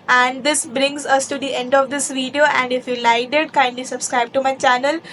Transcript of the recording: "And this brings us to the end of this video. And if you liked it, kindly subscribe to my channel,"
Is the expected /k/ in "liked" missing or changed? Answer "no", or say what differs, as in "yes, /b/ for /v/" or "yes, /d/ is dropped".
yes, /k/ is dropped